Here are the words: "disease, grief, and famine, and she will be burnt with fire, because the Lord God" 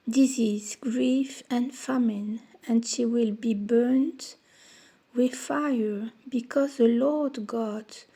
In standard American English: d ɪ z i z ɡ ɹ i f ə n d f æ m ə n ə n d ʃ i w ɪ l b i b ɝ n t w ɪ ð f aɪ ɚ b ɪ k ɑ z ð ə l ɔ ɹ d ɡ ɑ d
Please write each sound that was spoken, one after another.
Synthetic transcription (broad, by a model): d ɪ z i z ɡ ɹ i f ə n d f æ m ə n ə n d ʃ i w ɪ l b i b ɝ n t w ɪ ð f aɪ ɚ b ɪ k ɑ z ð ə l ɔ ɹ d ɡ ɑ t